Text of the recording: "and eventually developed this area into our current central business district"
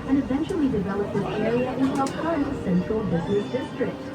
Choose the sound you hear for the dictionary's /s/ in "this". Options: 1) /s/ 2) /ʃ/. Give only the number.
2